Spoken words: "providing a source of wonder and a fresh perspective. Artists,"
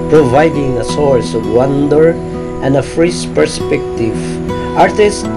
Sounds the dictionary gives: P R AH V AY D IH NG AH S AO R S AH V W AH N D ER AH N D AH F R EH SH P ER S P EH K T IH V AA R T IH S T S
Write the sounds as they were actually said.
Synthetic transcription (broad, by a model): P R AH V AY D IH NG AH S AO R S AH V W AH N D ER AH N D AH F R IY S P ER S P EH K T IH V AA R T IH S S